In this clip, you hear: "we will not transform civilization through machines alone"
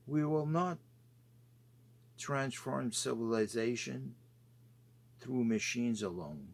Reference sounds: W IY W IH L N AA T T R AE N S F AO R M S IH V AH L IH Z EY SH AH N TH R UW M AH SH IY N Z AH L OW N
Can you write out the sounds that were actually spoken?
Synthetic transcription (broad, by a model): W IY W IH L N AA T T R AE N S F AO R M S IH V AH L IH Z EY SH AH N TH R UW M AH SH IY N Z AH L OW N